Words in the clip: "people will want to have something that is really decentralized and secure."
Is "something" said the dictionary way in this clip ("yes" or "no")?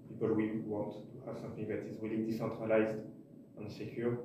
no